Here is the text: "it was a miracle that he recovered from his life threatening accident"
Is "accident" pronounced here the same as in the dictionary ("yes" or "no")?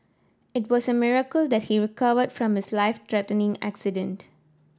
yes